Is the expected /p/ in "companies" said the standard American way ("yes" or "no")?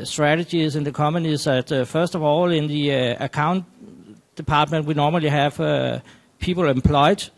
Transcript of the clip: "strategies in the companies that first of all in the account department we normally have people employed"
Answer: no